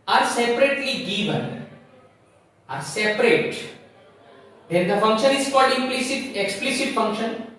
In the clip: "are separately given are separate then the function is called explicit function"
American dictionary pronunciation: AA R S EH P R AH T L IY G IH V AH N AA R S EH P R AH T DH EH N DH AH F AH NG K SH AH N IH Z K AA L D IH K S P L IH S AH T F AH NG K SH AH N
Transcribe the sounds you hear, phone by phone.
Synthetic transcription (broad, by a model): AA R S EH P R AH T L IY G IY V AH N AA R S EH P R AH T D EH N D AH F AH NG K SH AH N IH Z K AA L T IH K S P L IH S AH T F AH NG K SH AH N